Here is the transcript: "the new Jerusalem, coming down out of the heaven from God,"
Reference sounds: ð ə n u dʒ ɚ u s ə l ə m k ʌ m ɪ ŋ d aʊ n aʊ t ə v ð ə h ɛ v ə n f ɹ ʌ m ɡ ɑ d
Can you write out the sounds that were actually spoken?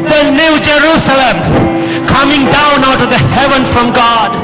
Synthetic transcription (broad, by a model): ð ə n u dʒ ɚ u s ə l ə m k ʌ m ɪ ŋ d aʊ n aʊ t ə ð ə h ɛ v ə n f ɹ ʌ m ɡ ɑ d